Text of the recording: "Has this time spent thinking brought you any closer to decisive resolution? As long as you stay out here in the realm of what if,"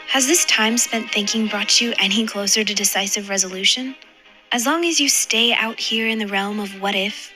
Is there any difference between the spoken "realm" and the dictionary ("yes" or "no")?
no